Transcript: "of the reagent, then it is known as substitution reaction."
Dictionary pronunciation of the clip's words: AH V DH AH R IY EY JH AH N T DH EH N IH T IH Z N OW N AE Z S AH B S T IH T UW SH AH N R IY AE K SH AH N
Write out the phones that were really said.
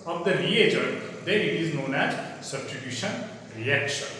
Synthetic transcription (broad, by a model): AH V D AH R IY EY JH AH T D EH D IH T IH Z N OW N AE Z S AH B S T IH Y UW SH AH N R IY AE K SH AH N